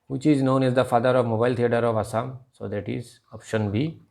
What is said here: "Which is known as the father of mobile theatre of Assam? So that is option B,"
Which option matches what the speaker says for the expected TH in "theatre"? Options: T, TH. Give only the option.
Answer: T